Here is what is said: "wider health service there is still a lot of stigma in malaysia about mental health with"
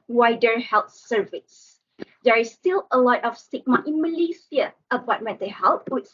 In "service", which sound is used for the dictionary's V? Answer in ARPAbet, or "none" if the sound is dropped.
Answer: V